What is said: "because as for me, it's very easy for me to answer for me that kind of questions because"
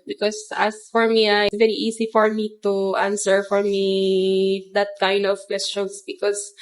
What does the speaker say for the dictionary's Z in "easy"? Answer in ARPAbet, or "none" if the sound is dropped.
S